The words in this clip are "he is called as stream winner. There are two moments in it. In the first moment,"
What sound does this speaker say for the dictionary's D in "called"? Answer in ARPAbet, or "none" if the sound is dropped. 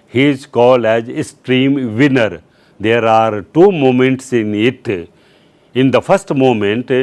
none